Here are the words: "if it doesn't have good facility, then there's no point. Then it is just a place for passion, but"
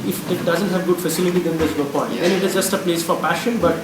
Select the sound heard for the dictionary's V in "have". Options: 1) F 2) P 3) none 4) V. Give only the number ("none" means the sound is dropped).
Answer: 4